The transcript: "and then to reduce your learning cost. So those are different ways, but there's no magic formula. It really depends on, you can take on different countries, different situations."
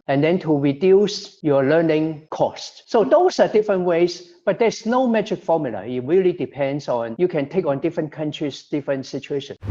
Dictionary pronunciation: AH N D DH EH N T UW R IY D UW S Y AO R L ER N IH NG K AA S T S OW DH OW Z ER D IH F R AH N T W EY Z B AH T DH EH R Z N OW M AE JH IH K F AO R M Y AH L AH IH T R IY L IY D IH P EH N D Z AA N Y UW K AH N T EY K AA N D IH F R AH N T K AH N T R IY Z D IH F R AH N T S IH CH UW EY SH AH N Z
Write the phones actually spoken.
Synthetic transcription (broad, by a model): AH N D EH N T UW R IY D UW S Y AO L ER N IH NG K AA S T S OW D OW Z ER D IH F R AH N T W EY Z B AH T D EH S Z N OW M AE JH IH K F AO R M Y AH L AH IH T R IY L IY D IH P EH N D S AA N Y UW K AH N T EY K AA N D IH F R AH N K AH N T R IY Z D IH F R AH N T S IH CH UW EY SH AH N